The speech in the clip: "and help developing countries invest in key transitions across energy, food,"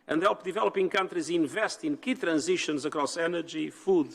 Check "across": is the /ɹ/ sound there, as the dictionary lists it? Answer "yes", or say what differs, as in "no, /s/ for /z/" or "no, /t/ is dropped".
yes